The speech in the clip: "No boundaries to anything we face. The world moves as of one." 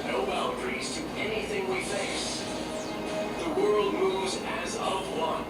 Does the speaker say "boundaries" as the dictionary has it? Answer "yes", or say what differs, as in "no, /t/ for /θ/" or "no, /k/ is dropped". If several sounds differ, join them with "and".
no, /l/ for /n/